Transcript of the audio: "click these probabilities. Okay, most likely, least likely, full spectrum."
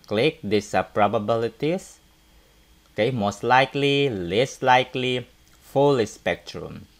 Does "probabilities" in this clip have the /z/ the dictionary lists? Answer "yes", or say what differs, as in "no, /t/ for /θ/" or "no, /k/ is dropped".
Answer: no, /s/ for /z/